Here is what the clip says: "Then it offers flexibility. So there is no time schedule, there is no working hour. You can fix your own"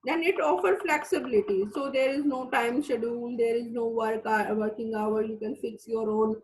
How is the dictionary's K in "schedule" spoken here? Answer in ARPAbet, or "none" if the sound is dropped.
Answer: none